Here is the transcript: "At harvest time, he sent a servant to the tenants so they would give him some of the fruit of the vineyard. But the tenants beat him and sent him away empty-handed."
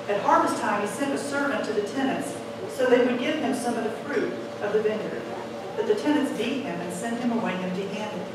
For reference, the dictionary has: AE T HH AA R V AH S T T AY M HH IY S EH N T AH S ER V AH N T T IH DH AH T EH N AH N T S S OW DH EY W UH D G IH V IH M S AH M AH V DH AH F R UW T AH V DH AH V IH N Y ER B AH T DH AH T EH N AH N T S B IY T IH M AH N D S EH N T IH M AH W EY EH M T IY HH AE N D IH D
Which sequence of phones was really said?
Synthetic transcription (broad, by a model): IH T HH AA R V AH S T T AY M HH IY S EH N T AH S ER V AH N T T IH DH AH T EH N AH N T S S OW DH EY W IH D G IH V IH M S AH M AH V DH AH F R UW T AH V DH AH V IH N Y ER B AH T DH AH T EH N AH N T S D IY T IH M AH N S EH N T IH M AH W EY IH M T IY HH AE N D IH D